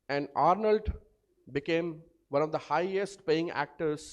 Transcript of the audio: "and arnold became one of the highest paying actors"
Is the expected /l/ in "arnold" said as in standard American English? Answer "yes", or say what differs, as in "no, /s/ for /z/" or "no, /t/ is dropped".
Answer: yes